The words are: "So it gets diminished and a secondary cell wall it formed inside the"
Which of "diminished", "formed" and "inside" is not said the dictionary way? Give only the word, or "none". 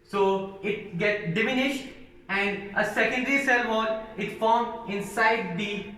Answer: formed